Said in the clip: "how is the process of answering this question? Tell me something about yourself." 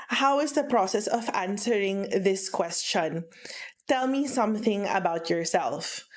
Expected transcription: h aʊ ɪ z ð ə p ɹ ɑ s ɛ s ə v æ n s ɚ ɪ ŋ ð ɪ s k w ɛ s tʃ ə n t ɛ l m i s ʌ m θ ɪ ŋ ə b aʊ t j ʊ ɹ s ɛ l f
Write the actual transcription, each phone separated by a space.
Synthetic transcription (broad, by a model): h aʊ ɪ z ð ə p ɹ ɑ s ɛ s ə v æ n s ɚ ɪ ŋ ð ɪ s k w ɛ s tʃ ə n t ɛ l m i s ʌ m θ ɪ ŋ ə b aʊ t j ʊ ɹ s ɛ l f